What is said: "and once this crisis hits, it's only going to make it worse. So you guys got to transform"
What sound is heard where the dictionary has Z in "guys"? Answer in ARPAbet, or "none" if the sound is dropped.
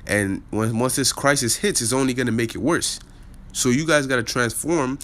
Z